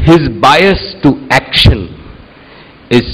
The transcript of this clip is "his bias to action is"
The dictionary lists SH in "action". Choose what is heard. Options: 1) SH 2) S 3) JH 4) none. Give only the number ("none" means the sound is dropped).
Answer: 1